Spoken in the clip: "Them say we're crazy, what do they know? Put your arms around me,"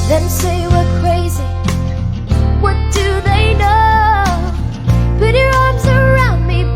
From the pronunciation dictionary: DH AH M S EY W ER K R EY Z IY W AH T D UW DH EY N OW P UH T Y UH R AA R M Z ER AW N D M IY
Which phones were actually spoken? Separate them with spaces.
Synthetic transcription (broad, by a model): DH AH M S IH W ER K R EY Z IY W AH T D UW DH EY N OW B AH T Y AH R AA R M Z ER AW N D M IY